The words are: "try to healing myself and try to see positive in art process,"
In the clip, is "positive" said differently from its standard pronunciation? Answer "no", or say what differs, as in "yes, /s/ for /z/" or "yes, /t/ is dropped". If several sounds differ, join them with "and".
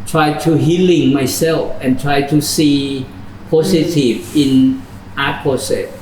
yes, /s/ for /z/